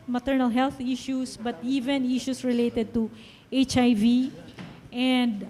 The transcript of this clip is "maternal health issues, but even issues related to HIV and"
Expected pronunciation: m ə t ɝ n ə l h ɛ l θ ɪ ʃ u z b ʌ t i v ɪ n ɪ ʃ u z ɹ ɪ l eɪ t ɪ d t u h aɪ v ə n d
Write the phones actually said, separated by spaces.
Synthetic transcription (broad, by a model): m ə t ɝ n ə l h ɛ l t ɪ ʃ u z b ʌ t i v ɪ n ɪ ʃ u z ɹ ɪ l eɪ t ɪ d t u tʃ aɪ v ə n d